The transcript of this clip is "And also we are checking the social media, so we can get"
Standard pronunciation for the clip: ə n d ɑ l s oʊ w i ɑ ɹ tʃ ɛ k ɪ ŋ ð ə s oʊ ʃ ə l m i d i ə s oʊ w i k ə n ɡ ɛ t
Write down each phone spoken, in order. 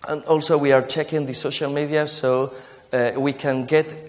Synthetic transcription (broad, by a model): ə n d ɑ l s oʊ w i ɑ ɹ tʃ ɛ k ɪ ŋ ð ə s oʊ ʃ ə l m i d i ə s oʊ w i k ə n ɡ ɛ t